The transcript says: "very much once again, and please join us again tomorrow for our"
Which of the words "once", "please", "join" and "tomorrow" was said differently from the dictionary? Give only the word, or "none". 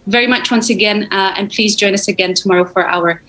none